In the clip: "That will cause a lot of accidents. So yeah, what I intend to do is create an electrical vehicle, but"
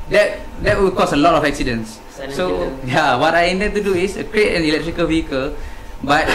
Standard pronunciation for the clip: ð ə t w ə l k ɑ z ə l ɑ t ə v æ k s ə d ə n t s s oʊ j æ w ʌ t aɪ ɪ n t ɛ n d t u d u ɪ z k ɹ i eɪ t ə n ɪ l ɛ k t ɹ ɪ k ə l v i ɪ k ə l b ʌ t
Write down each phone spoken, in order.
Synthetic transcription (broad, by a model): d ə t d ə w k ɑ s ə l ɑ t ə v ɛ k s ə d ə n s s oʊ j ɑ w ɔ t aɪ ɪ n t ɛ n t u d u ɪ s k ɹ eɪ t ə n ɪ l ɛ k t ɹ ɪ k ə l v i ɪ k ə l b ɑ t